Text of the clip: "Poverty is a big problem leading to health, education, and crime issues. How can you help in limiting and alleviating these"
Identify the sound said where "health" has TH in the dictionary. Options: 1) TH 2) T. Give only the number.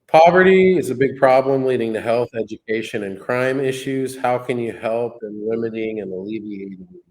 1